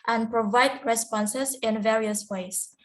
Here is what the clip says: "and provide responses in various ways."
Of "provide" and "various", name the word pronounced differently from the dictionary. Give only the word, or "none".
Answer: none